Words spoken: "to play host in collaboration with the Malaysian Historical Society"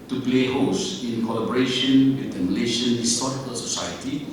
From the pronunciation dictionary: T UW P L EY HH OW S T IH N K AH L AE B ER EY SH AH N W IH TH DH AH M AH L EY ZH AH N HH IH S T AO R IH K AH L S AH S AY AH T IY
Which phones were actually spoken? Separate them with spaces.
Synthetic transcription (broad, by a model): T UW P L EY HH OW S IH N K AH L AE B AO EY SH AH N W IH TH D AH M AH L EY SH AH N HH IH S T AO R IH K AH L S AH S AY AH T IY